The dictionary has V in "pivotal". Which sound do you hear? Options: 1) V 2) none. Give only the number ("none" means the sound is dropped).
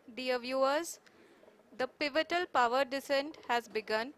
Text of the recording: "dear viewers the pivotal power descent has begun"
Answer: 1